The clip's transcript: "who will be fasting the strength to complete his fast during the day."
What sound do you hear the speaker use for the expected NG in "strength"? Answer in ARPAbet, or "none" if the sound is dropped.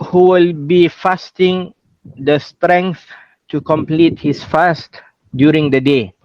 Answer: NG